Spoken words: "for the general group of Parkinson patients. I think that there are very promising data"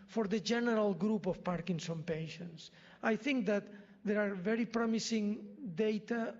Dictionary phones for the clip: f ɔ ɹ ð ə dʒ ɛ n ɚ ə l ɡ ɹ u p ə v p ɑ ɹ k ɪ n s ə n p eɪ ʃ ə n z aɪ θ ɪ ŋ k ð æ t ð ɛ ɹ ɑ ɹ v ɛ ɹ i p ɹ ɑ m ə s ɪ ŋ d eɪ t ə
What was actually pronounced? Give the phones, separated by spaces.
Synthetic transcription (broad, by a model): f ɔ ɹ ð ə dʒ ɛ n ɚ ə l ɡ ɹ u p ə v p ɑ ɹ k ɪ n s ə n p eɪ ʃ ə n s aɪ θ ɪ ŋ k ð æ t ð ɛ ɹ ɑ ɹ v ɛ ɹ i p ɹ ɑ m ə s ɪ ŋ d eɪ t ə